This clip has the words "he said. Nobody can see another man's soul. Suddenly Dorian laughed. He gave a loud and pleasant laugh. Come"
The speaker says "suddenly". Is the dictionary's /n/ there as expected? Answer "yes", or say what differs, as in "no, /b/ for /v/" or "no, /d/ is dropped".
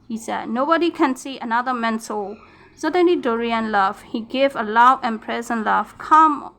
yes